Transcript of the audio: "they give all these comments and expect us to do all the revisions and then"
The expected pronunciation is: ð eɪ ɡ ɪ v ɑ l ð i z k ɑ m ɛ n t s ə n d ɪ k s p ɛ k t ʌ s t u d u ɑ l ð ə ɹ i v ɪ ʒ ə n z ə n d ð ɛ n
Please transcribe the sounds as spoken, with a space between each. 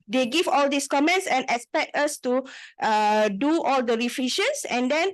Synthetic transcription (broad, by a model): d eɪ ɡ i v ɑ l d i s k ɑ m ɛ n t s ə n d ɪ k s p ɛ k t ʌ s t u d u ɑ l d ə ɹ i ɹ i ʃ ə n s ə n d ɛ n